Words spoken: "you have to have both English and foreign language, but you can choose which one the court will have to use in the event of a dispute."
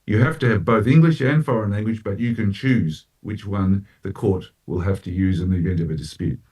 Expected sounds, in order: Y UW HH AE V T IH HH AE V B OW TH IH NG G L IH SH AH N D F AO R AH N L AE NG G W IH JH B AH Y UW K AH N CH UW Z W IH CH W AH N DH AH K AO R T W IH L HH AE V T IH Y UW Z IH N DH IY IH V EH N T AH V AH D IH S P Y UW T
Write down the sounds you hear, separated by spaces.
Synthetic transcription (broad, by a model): Y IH HH AE F T IH V B OW TH IH NG G L IH SH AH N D F AO R AH N L AE NG G W IH JH B AH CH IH K AH N CH UW Z W IH CH W AH N DH AH K AO R T W IH L HH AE F T IH Y UW Z IH N DH IY IH V EH N T AH V AH D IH S P Y UW T